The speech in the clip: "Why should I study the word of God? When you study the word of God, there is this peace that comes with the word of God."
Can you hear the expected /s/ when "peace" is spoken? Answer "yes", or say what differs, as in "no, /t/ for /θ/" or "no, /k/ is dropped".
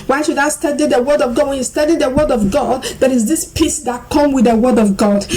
yes